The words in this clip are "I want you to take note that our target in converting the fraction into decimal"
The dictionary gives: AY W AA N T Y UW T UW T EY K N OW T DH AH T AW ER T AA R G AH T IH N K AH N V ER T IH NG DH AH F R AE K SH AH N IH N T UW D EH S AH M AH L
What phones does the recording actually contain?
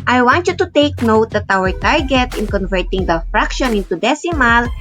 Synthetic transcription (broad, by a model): AY W AA N T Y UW T UW T EY K N OW T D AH T AW ER T AA R G AH T IH N K AH N V ER T IH NG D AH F R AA K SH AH N IH N T UW D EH S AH M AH L